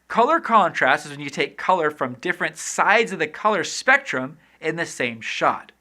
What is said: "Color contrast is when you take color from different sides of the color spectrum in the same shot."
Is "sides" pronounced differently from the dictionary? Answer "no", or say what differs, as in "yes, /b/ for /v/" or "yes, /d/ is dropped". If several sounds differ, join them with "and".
no